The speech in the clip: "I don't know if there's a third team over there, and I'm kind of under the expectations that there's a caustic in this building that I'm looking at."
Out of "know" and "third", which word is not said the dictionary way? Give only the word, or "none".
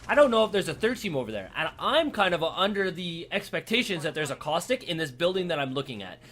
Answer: none